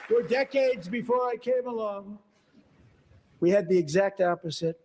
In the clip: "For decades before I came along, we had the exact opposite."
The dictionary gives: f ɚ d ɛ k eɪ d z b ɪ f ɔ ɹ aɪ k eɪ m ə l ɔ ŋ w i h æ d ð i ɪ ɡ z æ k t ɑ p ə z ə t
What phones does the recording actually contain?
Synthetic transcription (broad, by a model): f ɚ d ɛ k eɪ d z b ɪ f ɔ ɹ aɪ k eɪ m ə l ɔ ŋ w i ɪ d ð i ɪ ɡ z æ k t ɑ p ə z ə t